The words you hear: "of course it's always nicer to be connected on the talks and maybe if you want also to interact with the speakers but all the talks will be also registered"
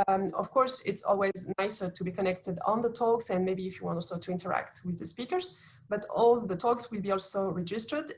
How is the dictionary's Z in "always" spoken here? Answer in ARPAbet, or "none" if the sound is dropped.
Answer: Z